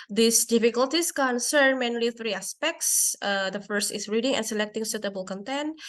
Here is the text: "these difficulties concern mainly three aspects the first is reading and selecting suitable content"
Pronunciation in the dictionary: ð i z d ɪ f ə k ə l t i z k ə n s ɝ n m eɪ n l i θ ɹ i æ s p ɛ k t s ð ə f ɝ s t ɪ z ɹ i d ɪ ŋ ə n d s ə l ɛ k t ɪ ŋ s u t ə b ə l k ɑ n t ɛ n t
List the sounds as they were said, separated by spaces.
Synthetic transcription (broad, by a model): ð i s d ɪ f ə k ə l t i s k ə n s ɝ n m eɪ n l i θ ɹ i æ s p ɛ k t s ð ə f ɝ s t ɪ s ɹ i d ɪ ŋ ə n s ə l ɛ k t ɪ ŋ s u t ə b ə l k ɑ n t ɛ n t